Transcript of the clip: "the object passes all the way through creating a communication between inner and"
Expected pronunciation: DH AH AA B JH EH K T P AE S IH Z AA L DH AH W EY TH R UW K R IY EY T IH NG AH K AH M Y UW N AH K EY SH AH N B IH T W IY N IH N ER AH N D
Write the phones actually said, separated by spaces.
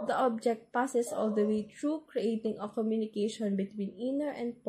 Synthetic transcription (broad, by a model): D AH AA B JH EH K T P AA S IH S AA L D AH W EY T R UW K R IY EY T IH NG AH K AH M Y UW N AH K EY SH AH N B IH T W IY N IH N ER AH N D